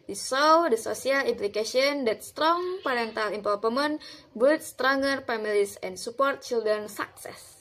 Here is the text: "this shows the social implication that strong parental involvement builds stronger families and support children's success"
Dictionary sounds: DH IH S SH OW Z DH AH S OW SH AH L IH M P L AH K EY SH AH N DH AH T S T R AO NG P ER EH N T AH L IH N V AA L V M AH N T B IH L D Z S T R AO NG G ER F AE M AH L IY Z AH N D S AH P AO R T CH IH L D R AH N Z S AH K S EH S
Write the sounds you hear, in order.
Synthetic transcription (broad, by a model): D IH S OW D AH S OW S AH L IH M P L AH K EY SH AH N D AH T S T R AO NG P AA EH N T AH L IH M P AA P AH M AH N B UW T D S T R AO NG G ER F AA M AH L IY S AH N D S AH P AO R T CH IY L D R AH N S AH K S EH S